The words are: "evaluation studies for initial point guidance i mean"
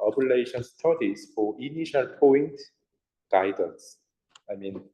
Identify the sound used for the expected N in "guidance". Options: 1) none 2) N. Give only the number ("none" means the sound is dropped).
1